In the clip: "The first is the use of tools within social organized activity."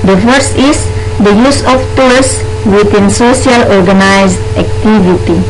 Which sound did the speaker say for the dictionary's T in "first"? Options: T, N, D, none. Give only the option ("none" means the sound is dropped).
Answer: none